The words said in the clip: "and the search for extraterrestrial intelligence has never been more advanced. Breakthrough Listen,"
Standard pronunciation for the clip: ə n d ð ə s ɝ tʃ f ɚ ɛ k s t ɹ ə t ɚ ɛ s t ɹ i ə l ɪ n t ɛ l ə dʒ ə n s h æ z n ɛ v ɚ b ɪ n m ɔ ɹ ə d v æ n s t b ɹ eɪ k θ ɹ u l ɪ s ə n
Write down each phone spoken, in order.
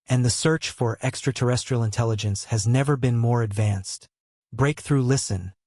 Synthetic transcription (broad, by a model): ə n ð ə s ɝ tʃ f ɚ ɛ k s t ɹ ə t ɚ ɛ s t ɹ i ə l ɪ n t ɛ l ə dʒ ə n s h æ z n ɛ v ɚ b ɪ n m ɔ ɹ ə d v æ n s t b ɹ eɪ k θ ɹ u l ɪ s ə n